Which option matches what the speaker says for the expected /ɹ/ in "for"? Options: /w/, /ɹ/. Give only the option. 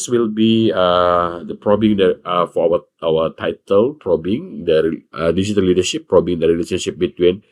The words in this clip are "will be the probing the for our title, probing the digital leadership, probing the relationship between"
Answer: /w/